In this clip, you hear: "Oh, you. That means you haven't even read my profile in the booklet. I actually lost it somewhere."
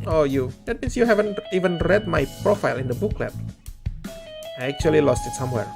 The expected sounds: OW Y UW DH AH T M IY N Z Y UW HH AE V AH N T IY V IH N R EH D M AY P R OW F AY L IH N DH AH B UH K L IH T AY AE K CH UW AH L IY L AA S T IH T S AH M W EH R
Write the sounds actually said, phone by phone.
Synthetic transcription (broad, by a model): OW Y UW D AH T M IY N S Y UW HH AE V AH N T IY V IH N R EH D M AY P R OW F AY L IH N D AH B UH K L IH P AY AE K CH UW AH L IY L AA S T IH T S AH M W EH R